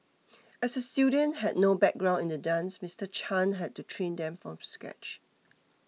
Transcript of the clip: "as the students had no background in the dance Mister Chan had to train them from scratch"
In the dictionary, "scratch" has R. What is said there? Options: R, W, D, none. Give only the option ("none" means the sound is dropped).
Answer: none